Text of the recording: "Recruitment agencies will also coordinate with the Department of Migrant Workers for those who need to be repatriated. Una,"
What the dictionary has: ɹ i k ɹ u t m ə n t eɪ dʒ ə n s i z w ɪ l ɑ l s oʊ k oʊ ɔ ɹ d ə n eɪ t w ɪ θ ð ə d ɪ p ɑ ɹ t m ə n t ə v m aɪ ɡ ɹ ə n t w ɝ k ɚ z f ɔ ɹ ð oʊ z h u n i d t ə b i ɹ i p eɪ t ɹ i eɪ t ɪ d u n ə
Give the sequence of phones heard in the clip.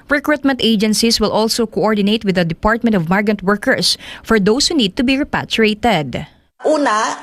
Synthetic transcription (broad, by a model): ɹ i k ɹ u t m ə n t eɪ dʒ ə n s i s w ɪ l ɑ l s oʊ k oʊ ɔ ɹ d ə n eɪ t w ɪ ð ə d ɪ p ɑ ɹ t m ə n t ə v m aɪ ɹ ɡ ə n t w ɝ k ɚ s f ɔ ɹ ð oʊ s h u n i d t ə b i ɹ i p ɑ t ɹ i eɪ t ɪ d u n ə